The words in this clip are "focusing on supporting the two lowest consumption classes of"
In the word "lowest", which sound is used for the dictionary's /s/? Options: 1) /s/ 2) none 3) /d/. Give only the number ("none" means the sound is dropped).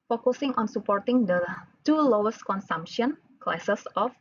1